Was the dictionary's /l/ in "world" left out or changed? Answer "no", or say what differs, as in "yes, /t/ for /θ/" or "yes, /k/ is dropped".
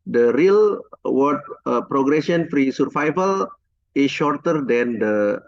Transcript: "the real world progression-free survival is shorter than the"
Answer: yes, /l/ is dropped